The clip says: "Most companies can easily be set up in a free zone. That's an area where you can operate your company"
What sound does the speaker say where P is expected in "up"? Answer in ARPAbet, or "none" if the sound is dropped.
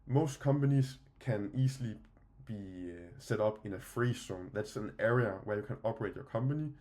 B